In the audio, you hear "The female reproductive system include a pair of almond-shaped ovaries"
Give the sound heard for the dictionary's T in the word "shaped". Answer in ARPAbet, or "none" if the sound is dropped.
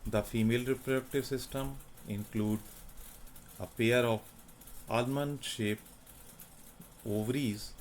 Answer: none